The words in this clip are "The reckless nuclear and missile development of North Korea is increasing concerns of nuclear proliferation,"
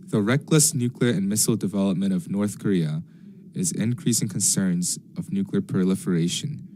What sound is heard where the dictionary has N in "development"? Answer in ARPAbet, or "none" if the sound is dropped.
none